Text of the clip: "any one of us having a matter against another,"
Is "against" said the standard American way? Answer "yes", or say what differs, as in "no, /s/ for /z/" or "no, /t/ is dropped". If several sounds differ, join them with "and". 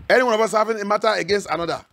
yes